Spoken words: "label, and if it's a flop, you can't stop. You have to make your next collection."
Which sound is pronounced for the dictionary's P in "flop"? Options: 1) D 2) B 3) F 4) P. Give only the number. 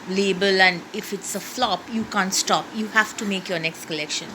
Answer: 4